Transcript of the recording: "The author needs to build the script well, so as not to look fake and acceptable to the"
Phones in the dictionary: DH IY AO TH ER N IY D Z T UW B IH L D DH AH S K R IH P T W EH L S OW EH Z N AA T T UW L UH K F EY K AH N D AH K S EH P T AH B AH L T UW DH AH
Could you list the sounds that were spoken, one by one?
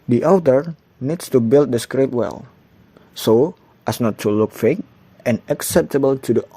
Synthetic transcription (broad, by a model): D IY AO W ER N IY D S T UW B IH L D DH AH S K R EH T W EH L S OW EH S N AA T T UW L UH K F EY K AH N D AH K S EH P T AH B AH L T UW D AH